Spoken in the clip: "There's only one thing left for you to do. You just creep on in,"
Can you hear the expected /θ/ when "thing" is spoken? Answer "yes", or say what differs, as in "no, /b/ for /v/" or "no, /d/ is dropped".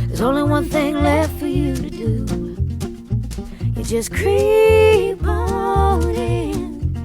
yes